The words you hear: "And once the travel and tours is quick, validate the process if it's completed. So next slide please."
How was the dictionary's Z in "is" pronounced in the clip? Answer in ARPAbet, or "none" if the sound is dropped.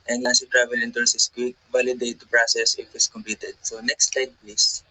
S